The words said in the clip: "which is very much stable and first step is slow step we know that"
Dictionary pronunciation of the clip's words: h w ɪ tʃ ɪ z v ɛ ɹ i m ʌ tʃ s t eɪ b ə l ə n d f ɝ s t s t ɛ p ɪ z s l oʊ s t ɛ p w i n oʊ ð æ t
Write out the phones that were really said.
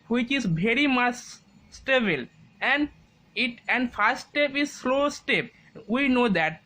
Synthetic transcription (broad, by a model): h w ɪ tʃ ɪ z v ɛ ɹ i m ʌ s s t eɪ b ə l ə n d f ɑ s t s t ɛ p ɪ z s l oʊ s t ɛ p w i n oʊ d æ t